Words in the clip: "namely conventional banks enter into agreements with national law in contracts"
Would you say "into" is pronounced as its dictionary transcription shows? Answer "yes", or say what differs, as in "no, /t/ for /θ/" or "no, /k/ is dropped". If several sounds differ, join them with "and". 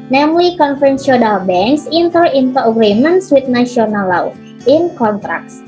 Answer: yes